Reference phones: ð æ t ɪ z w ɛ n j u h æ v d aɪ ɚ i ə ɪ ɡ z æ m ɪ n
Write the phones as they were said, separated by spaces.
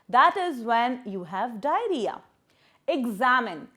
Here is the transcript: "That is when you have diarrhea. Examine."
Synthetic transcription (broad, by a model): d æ t ɪ z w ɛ n j u h æ v d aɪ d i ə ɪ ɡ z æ m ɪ n